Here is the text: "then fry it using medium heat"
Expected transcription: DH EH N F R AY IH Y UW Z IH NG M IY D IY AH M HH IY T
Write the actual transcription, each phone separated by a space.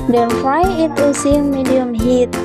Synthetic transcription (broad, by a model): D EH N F AY IH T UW S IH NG M IY D IY AH M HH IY T